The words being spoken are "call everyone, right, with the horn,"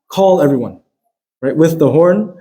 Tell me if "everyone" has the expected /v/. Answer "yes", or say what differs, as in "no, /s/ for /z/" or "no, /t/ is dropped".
yes